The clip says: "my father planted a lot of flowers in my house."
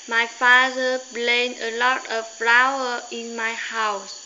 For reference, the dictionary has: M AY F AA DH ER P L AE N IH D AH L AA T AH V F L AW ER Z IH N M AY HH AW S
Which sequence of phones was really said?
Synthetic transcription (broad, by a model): M AY F AA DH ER B L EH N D AH L AA T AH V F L AW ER IH N M AY HH AW S